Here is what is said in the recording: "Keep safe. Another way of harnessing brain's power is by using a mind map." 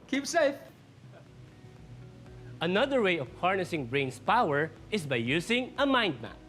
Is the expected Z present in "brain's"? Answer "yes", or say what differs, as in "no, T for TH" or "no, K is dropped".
no, S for Z